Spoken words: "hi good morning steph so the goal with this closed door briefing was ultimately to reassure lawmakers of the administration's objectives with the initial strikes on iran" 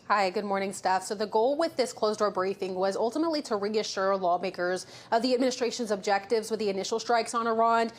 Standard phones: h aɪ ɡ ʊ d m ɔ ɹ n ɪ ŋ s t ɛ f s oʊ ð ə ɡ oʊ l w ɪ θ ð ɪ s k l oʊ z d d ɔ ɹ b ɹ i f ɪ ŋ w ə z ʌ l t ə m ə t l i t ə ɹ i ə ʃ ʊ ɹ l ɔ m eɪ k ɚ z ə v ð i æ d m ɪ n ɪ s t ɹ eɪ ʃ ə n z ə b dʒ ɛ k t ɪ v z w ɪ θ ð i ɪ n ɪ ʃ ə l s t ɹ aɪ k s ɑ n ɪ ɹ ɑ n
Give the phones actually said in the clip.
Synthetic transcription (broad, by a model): h aɪ ɡ ʊ d m ɔ ɹ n ɪ ŋ s t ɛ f s oʊ ð ə ɡ oʊ l w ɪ ð ɪ s k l oʊ z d d ɔ ɹ b ɹ i f ɪ ŋ w ə z ʌ l t ə m ə t l i t ə ɹ i ə ʃ ʊ ɹ l ɔ m eɪ k ɚ z ə v ð i æ d m ɪ n ɪ s t ɹ eɪ ʃ ə n z ə b dʒ ɛ k t ɪ v z w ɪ ð i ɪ n ɪ ʃ l s t ɹ aɪ k s n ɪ ɹ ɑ n